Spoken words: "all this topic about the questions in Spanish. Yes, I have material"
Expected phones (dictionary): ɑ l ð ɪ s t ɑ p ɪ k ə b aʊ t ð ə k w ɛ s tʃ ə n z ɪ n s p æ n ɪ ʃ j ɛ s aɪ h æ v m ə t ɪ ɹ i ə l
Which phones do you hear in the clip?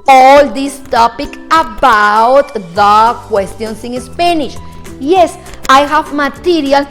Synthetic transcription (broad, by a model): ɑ l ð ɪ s t ɑ p ɪ k ə b aʊ t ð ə k w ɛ s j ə n s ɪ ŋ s p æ n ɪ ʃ j ɛ s aɪ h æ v m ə t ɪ ɹ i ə l